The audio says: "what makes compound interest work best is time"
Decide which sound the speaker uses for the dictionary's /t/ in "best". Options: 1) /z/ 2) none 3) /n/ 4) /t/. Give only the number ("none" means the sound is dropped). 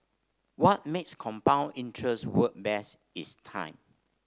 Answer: 2